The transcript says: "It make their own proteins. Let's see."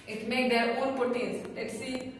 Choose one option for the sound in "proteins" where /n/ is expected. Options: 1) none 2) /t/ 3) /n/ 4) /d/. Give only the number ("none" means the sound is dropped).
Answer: 1